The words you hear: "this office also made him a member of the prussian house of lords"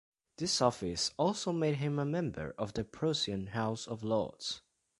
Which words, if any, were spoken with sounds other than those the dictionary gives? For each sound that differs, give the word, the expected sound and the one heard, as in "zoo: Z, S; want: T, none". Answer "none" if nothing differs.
prussian: SH, S